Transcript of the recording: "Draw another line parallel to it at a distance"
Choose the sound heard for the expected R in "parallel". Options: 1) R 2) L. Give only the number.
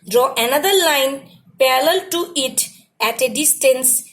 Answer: 2